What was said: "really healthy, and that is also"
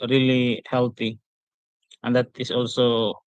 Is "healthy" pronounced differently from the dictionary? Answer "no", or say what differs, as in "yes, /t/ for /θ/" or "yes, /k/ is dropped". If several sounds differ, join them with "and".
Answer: yes, /t/ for /θ/